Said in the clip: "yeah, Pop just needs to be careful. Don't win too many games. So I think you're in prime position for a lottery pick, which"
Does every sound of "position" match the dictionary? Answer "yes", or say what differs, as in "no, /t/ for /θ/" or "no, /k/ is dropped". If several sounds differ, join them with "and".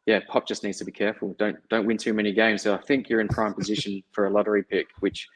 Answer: yes